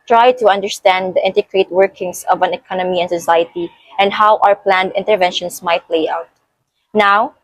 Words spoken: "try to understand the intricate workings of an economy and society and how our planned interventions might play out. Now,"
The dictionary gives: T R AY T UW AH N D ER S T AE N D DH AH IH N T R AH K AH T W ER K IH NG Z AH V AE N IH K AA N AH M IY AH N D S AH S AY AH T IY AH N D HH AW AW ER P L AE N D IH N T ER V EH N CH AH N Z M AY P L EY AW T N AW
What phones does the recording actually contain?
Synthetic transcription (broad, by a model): T R AY T UW AH N D ER S T AE N D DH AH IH N T AH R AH T W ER K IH NG S AH V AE N IH K AA N AH M IY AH N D S AH S AY AH T IY AH N D HH AW AW ER P L AE N D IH N T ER V EH N SH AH N S M AY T L EY AW T N AW